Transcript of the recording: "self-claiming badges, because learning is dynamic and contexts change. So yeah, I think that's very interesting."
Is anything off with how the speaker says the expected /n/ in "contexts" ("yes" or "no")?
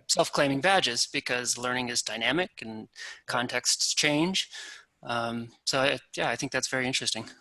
no